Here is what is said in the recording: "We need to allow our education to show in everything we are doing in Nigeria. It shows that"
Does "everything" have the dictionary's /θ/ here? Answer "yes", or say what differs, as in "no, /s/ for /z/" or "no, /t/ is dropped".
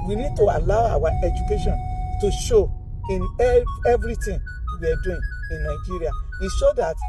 no, /t/ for /θ/